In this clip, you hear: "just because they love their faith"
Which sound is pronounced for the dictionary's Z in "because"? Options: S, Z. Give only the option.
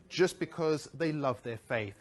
Z